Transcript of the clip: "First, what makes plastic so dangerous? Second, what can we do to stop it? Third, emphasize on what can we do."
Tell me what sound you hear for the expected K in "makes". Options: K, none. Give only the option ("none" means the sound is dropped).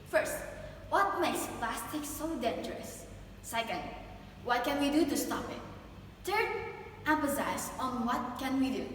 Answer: none